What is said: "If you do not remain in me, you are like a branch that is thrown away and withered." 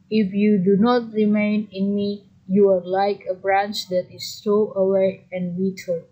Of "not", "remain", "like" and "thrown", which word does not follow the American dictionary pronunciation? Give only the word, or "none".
thrown